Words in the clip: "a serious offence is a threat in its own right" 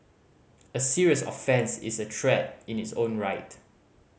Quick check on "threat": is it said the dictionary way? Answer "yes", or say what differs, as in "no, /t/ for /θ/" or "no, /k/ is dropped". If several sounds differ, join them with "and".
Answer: no, /t/ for /θ/